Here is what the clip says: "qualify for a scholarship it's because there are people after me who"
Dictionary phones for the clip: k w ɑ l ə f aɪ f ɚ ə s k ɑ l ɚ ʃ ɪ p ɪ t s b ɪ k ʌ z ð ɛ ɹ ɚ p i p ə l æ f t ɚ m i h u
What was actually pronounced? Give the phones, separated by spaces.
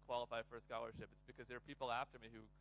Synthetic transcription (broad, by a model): k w ɑ l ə f aɪ f ɚ s k ɑ l ɚ ʃ ɪ p ɪ t s b ɪ k ʌ z ð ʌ ɹ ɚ p i p l æ f t ɚ m i h u